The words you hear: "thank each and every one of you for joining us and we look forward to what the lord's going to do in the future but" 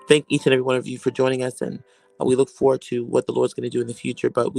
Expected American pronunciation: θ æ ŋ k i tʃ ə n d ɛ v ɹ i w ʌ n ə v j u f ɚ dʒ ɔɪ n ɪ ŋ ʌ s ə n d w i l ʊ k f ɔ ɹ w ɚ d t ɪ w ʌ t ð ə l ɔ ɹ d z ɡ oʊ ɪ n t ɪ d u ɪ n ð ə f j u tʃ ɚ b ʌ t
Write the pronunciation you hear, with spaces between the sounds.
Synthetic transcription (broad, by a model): θ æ ŋ k i tʃ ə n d ɛ v ɹ i w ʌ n ə v j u f ɚ dʒ ɔɪ n ɪ ŋ ʌ s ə n w i l ʊ k f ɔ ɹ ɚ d t ɪ w ʌ t ð ə l ɔ ɹ d z ɡ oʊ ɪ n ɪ d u ɪ n ð ə f j u tʃ ɚ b ʌ t